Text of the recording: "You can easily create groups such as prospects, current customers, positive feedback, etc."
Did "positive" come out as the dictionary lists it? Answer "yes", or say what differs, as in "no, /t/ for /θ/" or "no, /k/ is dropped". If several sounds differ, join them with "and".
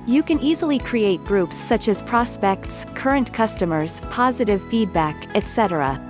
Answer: yes